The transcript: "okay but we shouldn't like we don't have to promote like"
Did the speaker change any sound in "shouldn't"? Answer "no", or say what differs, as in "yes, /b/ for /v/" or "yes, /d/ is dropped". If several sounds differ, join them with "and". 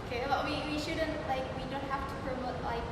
no